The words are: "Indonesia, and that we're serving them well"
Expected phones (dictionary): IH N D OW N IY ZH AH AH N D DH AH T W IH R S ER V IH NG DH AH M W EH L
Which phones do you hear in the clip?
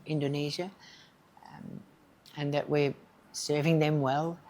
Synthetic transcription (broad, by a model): IH N D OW N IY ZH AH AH N DH AH T W IH R S ER V IH NG DH AH M W EH L